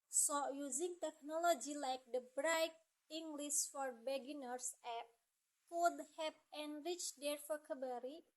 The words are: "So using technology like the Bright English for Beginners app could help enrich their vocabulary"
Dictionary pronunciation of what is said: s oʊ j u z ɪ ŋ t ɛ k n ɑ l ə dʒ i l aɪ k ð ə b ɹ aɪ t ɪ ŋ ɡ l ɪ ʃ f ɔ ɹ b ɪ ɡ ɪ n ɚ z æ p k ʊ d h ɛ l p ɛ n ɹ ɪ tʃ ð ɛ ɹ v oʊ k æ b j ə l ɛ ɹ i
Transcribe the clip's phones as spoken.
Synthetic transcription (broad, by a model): s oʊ j u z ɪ ŋ t ɛ k n ɑ l ə dʒ i l aɪ k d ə b ɹ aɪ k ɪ ŋ ɡ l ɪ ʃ f ɔ ɹ b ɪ ɡ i n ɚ s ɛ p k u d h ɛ p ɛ n ɹ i tʃ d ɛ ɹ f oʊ k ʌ b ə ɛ ɹ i